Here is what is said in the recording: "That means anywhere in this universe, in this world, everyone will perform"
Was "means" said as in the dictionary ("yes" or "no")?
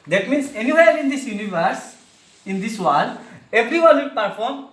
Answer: no